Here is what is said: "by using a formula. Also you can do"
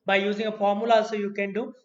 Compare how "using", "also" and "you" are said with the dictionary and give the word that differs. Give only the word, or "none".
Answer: also